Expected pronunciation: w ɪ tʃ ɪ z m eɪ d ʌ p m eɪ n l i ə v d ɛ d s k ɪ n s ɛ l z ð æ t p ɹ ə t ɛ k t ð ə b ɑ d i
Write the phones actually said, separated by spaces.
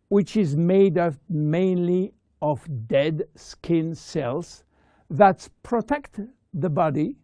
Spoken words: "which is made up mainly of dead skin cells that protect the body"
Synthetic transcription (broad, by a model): w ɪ tʃ ɪ z m eɪ d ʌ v m eɪ n l i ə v d ɛ d s k ɪ n s ɛ l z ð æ t p ɹ ə t ɛ k t ð ə b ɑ d i